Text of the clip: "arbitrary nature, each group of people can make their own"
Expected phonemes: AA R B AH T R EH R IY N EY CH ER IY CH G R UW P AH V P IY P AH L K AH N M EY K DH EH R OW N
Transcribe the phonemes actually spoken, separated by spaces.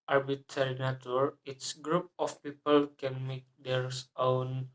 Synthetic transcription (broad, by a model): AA R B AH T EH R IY N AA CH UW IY S G R UW P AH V P IY P AH L K AH N M EY K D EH R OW N